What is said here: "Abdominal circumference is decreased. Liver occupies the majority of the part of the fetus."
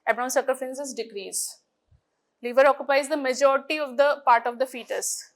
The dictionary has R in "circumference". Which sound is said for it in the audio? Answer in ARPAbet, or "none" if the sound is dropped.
none